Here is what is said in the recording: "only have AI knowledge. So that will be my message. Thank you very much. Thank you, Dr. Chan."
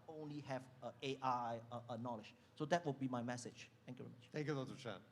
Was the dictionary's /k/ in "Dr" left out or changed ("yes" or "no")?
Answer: yes